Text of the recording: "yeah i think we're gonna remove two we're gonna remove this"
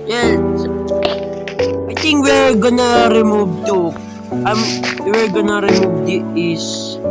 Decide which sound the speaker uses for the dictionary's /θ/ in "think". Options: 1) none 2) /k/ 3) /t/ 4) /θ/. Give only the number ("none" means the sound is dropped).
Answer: 3